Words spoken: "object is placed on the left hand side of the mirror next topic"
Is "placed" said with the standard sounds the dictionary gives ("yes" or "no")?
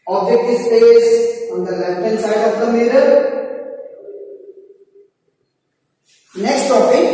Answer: no